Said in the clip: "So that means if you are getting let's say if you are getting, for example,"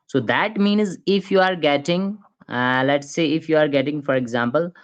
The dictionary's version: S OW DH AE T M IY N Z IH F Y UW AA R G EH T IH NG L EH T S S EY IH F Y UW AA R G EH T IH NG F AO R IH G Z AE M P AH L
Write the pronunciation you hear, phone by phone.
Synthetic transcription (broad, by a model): S OW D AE T M IY N Z IH F Y UW AA R G EH T IH NG L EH T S S EY IH F Y UW AA R G EH T IH NG F AO R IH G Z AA M P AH L